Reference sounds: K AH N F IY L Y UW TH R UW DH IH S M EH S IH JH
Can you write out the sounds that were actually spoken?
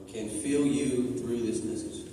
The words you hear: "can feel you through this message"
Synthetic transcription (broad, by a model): K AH N F IY L Y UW TH R UW DH IH S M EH S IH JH